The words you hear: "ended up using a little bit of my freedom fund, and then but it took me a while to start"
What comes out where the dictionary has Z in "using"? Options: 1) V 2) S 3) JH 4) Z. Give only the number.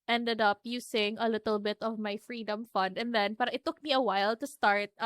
2